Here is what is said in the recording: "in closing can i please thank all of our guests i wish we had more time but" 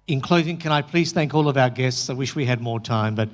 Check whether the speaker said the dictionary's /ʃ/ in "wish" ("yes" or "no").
yes